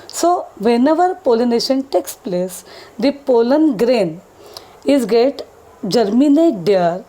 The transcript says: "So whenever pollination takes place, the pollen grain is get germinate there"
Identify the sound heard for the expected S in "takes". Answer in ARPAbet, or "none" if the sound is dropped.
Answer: S